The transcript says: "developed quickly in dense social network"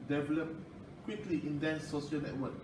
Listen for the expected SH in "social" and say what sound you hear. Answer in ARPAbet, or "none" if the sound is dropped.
none